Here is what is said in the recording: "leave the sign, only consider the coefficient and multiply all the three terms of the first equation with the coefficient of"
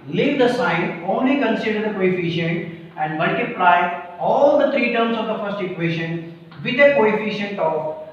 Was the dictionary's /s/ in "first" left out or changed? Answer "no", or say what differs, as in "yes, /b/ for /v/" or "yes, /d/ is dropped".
no